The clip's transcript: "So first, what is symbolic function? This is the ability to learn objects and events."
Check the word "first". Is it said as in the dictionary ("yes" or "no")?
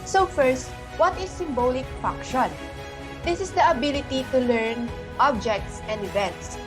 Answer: yes